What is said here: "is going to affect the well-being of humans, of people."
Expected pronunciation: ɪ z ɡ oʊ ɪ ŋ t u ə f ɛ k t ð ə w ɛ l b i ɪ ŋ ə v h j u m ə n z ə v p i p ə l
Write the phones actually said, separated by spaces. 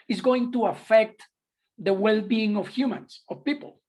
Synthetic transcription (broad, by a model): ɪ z ɡ oʊ ɪ ŋ t u ə f ɛ k t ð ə w ɛ l b i ɪ ŋ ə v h j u m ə n s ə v p i p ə l